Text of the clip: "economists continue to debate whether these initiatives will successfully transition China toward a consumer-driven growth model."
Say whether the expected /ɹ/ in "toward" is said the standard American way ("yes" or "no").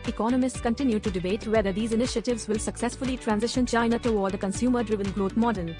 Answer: no